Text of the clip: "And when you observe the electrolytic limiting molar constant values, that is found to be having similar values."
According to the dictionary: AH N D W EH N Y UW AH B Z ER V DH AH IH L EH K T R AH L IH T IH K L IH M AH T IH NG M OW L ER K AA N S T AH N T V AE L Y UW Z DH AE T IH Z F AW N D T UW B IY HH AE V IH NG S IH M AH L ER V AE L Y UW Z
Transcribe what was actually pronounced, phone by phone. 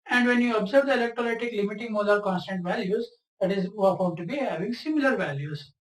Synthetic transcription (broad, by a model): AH N D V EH N Y UW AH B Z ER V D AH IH L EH K T R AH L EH T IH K L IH M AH T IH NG M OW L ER K AA N S T AH N T V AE L Y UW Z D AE T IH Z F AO D T UW B IY HH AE V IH NG S IH M AH L ER V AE L Y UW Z